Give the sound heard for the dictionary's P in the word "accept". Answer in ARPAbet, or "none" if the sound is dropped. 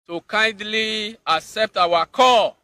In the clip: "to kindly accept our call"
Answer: P